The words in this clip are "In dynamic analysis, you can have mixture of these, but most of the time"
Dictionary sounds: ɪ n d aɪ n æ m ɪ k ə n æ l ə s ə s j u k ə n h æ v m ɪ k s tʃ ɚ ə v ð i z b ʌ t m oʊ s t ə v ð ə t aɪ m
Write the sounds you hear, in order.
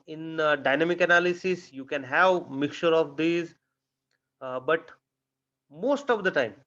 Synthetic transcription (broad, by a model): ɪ n d aɪ n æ m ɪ k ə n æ l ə s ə s j u k ə n h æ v m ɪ k tʃ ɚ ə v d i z b ʌ t m oʊ s t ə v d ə t aɪ m